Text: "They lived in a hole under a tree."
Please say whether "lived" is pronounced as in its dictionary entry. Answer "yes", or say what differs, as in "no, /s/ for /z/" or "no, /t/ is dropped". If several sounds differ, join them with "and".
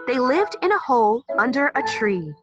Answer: yes